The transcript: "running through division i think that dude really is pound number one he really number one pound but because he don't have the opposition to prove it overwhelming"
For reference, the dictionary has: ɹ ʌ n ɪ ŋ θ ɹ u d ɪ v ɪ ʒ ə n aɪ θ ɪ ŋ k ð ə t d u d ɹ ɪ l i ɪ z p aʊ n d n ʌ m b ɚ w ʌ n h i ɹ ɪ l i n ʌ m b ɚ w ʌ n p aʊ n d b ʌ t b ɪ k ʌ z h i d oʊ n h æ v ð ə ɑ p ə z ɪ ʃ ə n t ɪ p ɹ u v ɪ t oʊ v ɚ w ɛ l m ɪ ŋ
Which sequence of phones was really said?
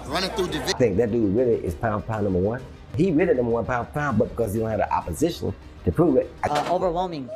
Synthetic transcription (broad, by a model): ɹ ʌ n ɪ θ u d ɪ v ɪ θ ɪ ŋ k ð ə t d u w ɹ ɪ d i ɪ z p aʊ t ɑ n ʌ m b ɚ w ʌ n h i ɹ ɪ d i n ʌ m b ɚ w ʌ n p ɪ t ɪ b ʌ t b ɪ k ʌ z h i d oʊ n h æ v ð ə ɑ p ə z ɪ ʃ ə n t ɪ p ɹ u v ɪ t oʊ v ɚ w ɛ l m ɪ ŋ